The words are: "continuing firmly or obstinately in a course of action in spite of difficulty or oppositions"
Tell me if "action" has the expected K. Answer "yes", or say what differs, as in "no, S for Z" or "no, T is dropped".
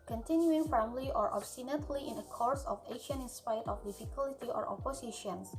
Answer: no, K is dropped